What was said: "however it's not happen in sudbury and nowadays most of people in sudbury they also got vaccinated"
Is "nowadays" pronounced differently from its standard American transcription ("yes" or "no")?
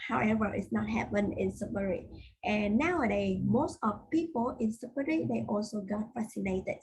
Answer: yes